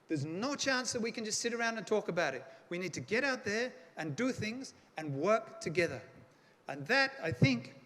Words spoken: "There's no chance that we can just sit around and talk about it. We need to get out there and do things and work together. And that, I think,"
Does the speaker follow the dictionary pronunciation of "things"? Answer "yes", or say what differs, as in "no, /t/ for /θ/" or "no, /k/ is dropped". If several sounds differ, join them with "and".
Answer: yes